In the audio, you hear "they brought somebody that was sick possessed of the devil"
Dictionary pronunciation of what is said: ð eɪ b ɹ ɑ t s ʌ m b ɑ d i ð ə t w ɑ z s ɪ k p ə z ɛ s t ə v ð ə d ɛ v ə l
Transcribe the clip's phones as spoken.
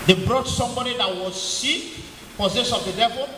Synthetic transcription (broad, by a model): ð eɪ b ɹ ɑ t s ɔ m b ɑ d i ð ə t w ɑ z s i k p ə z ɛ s ə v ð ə d ɛ v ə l